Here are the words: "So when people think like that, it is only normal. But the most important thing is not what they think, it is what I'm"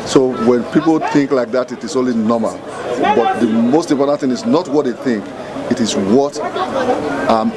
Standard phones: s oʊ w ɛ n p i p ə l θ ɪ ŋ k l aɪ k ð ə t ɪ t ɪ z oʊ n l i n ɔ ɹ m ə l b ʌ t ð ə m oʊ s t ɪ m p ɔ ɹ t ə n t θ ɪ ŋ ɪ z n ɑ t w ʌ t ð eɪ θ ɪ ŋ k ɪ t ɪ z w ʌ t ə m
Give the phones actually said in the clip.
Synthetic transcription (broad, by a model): s oʊ w ɛ n p i p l θ ɪ ŋ k l aɪ k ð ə t ɪ t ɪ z oʊ n l i n ɔ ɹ m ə l b ʌ t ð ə m oʊ s t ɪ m p ɔ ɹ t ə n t θ ɪ ŋ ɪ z n ɑ t w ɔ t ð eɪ θ ɪ ŋ k ɪ t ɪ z w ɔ t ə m